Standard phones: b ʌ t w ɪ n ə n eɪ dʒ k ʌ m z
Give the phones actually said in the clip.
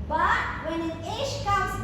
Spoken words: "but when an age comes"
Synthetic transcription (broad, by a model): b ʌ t w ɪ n ə n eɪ ʃ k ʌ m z